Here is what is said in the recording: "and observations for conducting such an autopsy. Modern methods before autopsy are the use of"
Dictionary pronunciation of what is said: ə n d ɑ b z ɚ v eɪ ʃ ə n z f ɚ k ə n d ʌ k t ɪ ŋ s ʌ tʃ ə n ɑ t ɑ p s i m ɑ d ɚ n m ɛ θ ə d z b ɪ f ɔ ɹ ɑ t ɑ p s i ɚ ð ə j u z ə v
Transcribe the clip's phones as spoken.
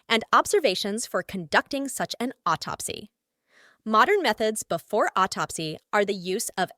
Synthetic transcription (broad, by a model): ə n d ɑ b z ɚ v eɪ ʃ ə n z f ɚ k ə n d ʌ k t ɪ ŋ s ʌ tʃ ə n ɑ t ɑ p s i m ɑ d ɚ n m ɛ θ ə d z b ɪ f ɔ ɹ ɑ t ɑ p s i ɚ ð ə j u z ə v